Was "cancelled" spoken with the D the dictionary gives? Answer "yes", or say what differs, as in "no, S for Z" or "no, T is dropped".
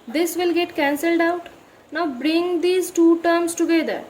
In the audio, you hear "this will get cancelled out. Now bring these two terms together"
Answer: yes